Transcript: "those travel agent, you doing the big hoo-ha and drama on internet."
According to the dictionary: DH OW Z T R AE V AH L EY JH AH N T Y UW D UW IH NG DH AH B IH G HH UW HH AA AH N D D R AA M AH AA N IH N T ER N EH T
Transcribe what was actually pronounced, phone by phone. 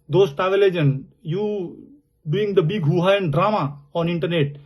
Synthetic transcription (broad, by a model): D OW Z T AA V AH L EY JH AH N Y UW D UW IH NG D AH B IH G HH UW HH AA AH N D D R AA M AH AA N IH N T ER N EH T